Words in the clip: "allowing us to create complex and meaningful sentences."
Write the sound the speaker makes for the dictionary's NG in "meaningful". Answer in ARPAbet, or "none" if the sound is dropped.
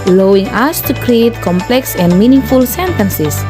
NG